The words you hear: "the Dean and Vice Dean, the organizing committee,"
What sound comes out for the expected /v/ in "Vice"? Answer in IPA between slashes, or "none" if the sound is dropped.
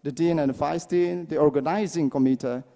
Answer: /f/